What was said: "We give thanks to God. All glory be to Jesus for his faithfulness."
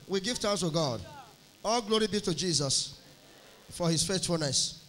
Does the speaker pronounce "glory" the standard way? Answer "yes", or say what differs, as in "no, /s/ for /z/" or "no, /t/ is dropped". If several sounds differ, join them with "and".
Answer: yes